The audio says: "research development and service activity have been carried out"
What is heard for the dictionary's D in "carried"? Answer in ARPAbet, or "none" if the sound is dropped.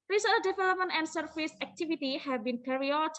none